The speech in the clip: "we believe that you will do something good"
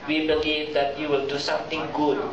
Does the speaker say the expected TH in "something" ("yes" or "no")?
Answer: no